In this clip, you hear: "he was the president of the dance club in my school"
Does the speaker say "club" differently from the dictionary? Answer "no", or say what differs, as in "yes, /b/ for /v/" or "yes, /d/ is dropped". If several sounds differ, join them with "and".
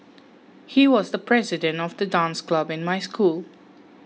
no